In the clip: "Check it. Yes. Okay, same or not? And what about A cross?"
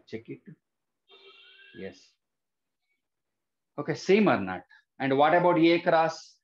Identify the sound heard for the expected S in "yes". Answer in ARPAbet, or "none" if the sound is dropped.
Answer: S